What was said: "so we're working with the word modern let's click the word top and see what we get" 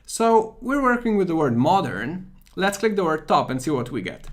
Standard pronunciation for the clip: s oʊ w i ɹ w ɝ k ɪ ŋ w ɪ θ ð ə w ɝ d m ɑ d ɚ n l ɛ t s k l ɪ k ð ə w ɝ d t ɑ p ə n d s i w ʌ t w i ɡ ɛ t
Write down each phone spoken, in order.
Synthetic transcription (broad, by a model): s oʊ w i ɹ w ɝ k ɪ ŋ w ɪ ð ə w ɝ d m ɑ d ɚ n l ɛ t s k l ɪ k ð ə w ɝ d t ɑ p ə n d s i w ʌ t w i ɡ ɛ t